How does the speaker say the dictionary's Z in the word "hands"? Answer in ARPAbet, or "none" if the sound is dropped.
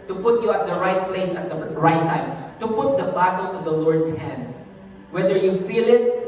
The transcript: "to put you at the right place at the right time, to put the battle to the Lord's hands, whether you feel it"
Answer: S